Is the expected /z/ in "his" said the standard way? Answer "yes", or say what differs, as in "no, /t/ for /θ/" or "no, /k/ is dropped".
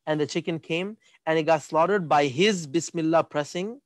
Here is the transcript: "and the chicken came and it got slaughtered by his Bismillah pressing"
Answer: yes